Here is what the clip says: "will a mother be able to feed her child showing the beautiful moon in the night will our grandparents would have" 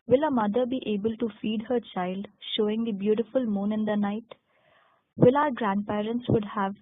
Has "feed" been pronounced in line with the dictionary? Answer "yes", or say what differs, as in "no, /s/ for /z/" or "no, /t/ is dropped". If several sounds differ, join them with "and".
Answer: yes